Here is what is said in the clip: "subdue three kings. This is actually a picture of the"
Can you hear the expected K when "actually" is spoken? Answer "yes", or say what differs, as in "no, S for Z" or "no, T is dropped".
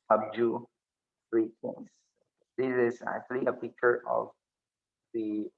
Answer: yes